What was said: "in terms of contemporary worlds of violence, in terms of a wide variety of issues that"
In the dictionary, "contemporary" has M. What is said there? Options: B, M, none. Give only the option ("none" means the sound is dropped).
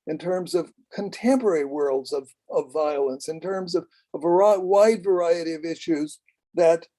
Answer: M